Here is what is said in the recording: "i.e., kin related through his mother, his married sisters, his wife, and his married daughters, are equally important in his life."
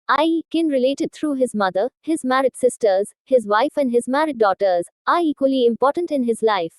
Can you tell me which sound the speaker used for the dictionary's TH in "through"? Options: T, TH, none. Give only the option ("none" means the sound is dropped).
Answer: T